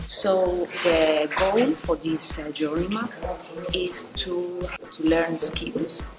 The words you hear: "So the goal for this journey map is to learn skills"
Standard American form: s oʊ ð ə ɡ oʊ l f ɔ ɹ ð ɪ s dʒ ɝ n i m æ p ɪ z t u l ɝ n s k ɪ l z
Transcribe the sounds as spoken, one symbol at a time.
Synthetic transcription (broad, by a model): s oʊ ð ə ɡ oʊ l f ɔ ɹ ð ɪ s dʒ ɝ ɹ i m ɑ ɪ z t u l ɝ n s k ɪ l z